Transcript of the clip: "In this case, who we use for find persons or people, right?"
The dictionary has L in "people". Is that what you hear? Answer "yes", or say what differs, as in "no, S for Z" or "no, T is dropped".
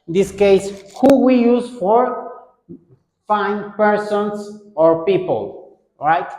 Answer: yes